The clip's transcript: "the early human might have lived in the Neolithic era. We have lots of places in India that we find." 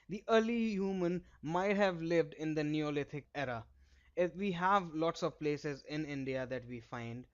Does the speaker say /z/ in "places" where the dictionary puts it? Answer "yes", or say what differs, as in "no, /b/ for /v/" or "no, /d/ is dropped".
yes